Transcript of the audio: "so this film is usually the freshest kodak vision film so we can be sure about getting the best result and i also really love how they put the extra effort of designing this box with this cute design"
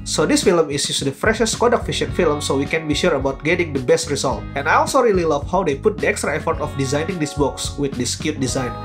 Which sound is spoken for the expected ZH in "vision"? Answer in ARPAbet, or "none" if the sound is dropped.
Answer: SH